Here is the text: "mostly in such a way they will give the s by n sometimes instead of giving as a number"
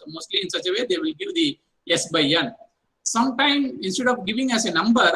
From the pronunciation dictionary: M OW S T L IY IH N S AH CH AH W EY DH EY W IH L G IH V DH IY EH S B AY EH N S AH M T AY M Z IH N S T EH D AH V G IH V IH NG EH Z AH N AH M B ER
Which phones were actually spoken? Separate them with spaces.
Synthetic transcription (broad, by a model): M OW S T L IY IH N S AH CH AH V EY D EY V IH L G IH V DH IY EH S B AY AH N S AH M T AY M IH N S T EH D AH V G IH V IH NG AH S AH N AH M B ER